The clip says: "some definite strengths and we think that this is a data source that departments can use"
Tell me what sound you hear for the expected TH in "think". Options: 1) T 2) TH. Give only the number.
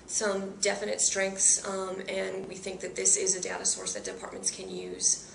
2